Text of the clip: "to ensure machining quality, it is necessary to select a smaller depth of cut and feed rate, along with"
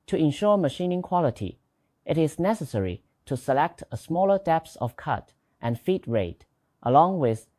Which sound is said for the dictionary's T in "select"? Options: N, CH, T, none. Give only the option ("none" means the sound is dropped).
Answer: T